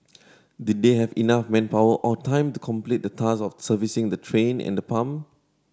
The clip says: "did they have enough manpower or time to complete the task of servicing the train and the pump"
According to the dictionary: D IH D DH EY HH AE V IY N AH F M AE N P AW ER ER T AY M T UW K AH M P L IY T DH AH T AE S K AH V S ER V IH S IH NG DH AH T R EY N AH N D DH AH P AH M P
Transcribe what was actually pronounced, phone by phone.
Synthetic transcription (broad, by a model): D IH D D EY HH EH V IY N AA F M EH N P AW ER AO T AY M T UW K AH M P L IY T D AH T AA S AH F S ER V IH S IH NG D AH T R EY N AH N D AH P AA M